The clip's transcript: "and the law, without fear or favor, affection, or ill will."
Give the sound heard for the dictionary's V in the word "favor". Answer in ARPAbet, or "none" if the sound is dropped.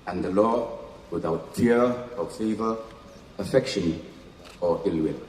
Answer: V